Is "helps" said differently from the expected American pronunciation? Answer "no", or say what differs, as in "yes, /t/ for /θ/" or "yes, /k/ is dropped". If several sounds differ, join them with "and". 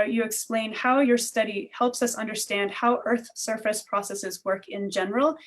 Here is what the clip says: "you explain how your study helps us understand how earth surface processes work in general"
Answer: no